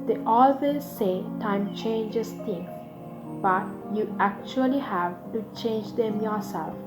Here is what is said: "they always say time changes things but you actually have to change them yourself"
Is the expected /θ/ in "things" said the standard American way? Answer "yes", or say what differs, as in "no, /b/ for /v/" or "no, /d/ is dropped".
no, /t/ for /θ/